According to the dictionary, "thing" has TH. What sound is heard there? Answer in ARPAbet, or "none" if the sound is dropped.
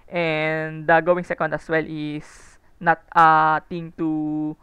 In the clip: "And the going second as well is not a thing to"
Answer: T